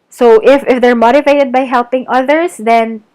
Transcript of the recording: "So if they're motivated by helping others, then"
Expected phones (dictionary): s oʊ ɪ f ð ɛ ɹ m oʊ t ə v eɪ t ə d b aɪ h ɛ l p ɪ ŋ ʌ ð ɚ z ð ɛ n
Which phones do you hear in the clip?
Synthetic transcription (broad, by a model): s oʊ ɪ f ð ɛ ɹ m oʊ t ə v eɪ t ə d b aɪ h ɛ l p ɪ ŋ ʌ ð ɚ s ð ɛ n